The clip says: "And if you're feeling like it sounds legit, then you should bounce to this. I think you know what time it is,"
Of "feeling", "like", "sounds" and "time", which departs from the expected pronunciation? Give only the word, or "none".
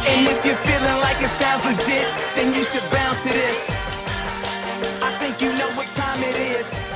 sounds